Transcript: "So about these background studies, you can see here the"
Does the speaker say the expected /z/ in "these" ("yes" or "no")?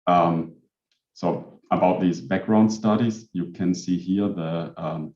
yes